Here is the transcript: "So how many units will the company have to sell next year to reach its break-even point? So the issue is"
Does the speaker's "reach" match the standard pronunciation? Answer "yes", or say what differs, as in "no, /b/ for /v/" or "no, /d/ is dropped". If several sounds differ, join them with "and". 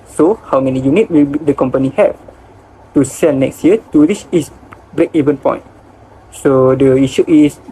no, /s/ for /tʃ/